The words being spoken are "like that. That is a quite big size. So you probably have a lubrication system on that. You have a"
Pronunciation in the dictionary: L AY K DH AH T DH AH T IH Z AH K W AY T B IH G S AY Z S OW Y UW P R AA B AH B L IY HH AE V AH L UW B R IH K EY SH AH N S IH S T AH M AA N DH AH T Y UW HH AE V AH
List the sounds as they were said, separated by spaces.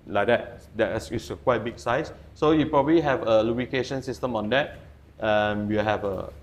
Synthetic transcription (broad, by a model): L AY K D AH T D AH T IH S AH K W AY T B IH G S AY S S OW Y UW P R AA B AH B L IY HH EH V AH L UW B IH K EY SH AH N S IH S T AH M AA N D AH T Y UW HH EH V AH